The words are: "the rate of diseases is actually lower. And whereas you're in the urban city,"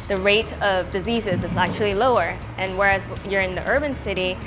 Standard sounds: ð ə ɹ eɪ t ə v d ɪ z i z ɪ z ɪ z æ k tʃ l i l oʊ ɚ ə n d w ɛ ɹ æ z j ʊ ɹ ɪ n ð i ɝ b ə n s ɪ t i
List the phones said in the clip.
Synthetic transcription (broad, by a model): ð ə ɹ eɪ t ə v d ɪ z i z ɪ z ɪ z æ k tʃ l i l oʊ ɚ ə n w ɛ ɹ æ z j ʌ ɹ ɪ n ð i ɝ b ə n s ɪ t i